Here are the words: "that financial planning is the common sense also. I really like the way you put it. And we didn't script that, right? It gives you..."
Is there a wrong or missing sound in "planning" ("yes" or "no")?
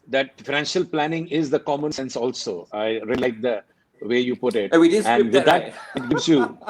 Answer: no